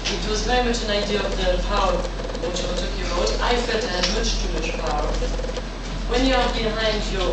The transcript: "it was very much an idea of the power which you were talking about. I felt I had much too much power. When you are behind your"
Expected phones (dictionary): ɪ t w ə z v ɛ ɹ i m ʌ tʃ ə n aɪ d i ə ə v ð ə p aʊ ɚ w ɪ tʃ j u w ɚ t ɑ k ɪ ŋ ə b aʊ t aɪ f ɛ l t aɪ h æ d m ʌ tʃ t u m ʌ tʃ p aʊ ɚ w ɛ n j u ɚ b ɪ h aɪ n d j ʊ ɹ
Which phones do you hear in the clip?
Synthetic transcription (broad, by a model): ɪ t w ə z v ɛ ɹ i m ʌ tʃ ə n aɪ d i ə ə v ð ə p aʊ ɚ w ɪ tʃ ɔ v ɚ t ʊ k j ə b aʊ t aɪ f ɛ t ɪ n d m ʌ tʃ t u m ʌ ʃ p aʊ ɚ w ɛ n j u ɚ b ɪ h aɪ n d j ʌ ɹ